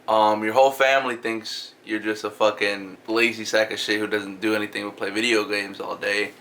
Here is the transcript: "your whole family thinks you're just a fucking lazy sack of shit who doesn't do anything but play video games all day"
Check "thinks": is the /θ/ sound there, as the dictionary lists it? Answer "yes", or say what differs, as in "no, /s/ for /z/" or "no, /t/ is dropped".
yes